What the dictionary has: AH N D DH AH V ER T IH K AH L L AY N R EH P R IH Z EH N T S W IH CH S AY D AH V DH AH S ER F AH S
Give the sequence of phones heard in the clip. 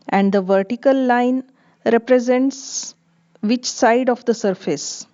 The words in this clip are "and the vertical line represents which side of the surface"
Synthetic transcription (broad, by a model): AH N D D AH V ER T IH K AH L L AY N R EH P R IH Z EH N T S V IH CH S AY D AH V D AH S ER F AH S